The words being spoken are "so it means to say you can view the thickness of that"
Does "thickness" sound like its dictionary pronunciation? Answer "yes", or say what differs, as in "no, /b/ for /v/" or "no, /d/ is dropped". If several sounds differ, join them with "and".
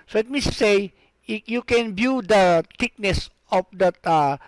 no, /t/ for /θ/